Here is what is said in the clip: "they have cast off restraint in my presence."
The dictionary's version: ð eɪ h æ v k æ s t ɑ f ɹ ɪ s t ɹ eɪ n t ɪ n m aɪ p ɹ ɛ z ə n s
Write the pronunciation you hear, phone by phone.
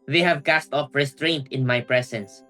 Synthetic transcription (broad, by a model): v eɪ h æ v k æ s t ɑ f ɹ ɪ s t ɹ eɪ n t ɪ n m aɪ p ɹ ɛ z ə n s